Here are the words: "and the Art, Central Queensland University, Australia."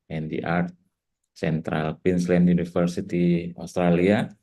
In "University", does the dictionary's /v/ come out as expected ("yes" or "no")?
no